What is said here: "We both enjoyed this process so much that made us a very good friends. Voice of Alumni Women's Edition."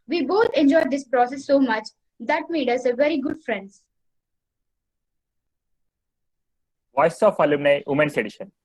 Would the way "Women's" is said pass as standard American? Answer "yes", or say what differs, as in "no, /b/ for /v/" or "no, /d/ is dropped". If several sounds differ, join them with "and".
no, /s/ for /z/